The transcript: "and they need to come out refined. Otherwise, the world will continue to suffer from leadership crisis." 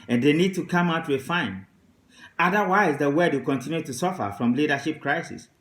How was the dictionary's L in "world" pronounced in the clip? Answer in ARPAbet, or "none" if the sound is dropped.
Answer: none